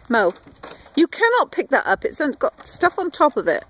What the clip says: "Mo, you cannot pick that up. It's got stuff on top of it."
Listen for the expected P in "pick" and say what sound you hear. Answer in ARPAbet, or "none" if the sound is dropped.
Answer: P